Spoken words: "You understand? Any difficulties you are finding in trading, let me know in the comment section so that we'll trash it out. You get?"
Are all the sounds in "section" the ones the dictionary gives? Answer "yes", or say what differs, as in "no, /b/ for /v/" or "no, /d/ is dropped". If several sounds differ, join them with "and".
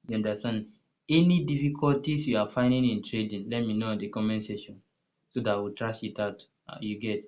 no, /k/ is dropped